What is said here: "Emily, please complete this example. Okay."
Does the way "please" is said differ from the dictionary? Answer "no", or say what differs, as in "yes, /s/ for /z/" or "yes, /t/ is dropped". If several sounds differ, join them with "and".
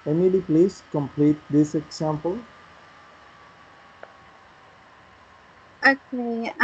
yes, /s/ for /z/